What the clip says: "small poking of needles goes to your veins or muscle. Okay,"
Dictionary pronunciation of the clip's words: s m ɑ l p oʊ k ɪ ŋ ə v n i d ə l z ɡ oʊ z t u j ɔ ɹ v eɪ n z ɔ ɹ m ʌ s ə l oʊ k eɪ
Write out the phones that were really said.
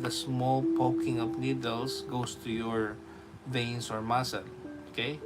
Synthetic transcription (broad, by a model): s m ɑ l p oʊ k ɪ ŋ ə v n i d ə l s ɡ oʊ s t u j ɔ ɹ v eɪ n s ɔ ɹ m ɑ s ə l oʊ k eɪ